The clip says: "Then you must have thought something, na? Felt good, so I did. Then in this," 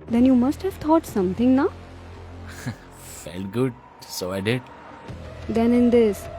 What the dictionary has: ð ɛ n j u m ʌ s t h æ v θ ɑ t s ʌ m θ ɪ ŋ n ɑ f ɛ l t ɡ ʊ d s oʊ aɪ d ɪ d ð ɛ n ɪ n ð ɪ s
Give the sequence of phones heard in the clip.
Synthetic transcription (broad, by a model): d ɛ n j u m ʌ s t h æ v t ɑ t s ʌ m t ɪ ŋ n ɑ f ɛ l t ɡ ʊ d s oʊ aɪ d ɪ d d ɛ n ɪ n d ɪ s